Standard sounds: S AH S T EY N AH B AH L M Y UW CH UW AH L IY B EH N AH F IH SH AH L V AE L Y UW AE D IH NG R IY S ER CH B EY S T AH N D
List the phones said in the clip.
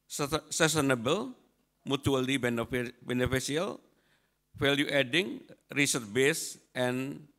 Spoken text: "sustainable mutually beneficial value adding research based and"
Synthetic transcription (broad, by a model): S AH S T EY N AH B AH L M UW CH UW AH L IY B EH N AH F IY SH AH L F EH L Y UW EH D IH NG R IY S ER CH B EY S T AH N